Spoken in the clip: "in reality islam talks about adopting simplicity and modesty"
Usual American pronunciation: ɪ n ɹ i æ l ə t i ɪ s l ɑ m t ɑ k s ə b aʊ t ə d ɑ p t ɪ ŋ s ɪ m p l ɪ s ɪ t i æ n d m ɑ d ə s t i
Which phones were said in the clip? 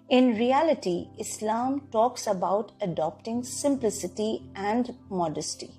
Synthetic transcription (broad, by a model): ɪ n ɹ i æ l ə t i ɪ s l ɑ m t ɑ k s ə b aʊ t ə d ɑ p t ɪ ŋ s ɪ m p l ɪ s ɪ t i æ n d m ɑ d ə s t i